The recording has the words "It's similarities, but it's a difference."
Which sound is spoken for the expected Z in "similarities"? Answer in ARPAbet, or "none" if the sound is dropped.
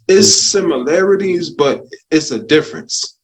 Z